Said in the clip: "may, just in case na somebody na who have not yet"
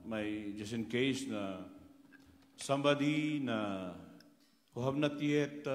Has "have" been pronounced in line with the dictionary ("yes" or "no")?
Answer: no